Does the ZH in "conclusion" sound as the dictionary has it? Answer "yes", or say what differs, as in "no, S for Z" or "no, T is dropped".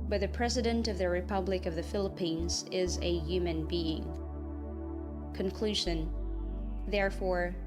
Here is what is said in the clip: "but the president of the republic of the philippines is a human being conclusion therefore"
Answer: yes